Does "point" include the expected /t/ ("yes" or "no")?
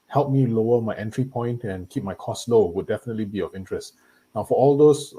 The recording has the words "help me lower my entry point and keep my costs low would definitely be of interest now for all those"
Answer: yes